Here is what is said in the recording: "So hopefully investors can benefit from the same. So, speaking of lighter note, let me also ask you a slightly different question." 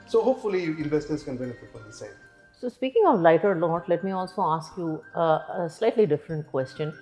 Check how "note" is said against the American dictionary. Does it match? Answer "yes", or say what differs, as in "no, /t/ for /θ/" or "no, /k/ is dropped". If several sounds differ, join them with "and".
no, /l/ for /n/